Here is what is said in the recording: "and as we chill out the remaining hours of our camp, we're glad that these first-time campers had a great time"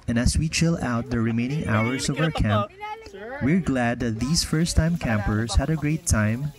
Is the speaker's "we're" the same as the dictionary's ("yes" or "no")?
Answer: yes